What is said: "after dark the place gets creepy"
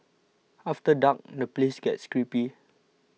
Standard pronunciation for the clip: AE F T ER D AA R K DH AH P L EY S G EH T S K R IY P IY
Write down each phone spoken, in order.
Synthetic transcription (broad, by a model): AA F T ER D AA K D AH P L EY S G EH T S K R IY P IY